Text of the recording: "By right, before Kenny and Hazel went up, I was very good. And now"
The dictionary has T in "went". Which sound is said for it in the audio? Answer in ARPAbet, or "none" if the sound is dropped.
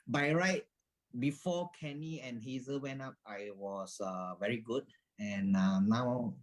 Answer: none